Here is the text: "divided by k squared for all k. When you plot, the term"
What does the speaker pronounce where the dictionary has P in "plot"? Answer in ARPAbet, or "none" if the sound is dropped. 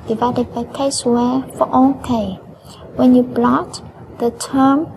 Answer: B